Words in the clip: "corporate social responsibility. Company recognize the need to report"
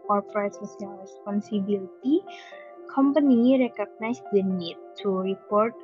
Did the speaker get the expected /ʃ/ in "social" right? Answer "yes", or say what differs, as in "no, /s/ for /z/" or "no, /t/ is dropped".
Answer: no, /s/ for /ʃ/